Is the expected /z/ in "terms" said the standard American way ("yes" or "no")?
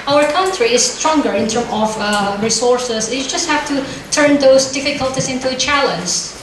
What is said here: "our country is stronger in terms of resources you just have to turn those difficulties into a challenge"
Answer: no